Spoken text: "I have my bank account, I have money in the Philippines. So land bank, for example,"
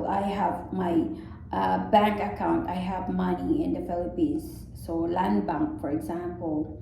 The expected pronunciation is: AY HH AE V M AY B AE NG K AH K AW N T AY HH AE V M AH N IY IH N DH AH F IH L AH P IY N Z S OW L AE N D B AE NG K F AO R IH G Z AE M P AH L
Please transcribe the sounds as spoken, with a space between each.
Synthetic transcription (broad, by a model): AY HH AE V M AY B AE NG K AH K AW N T AY HH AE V M AH N IY IH N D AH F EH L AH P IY Z S OW L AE N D B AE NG K F AO R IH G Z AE M P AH L